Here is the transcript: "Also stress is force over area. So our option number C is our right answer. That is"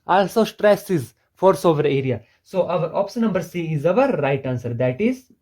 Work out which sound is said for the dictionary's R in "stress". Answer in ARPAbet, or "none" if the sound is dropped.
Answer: R